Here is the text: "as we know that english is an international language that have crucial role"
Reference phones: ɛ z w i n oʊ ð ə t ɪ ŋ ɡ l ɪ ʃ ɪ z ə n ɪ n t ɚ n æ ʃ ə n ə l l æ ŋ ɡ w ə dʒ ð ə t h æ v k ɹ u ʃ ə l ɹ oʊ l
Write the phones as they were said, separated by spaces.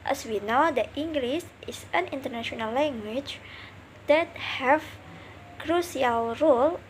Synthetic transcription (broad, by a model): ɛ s w i n oʊ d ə t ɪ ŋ ɡ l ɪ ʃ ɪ s ə n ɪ n t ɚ n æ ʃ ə n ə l l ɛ ŋ ɡ w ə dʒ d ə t h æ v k ɹ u s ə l ɹ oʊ l